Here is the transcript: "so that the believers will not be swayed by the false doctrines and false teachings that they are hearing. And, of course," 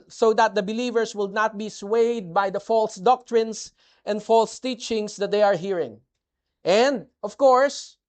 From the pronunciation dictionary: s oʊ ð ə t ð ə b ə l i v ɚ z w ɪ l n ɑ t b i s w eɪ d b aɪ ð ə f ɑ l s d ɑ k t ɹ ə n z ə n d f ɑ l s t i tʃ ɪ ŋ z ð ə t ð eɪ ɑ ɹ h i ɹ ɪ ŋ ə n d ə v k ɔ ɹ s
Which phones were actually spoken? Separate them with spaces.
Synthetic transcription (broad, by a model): s oʊ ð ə t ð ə b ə l i v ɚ s w ɪ l n ɑ t b i s w eɪ d b aɪ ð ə f ɑ l s d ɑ k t ɹ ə n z ə n d f ɑ l s t i tʃ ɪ ŋ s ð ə t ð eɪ ɑ ɹ h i ɹ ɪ ŋ ə n d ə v k ɔ ɹ s